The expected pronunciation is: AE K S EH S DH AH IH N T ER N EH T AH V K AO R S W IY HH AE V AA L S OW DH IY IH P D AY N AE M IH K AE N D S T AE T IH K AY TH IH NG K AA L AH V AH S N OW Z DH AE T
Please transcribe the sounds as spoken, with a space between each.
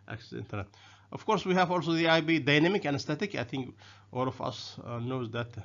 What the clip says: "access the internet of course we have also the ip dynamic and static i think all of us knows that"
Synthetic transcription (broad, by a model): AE K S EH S IH N T ER N EH T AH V K AO R S W IY HH AE V AA L S OW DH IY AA B D AY N AE M IH K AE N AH S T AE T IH K AY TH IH NG K AA L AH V AH S N OW Z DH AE T